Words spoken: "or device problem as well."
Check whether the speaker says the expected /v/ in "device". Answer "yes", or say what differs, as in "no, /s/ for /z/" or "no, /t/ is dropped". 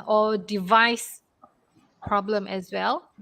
yes